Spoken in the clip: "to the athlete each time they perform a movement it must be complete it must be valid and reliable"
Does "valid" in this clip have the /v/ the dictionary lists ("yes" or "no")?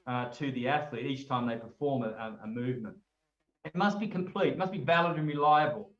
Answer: yes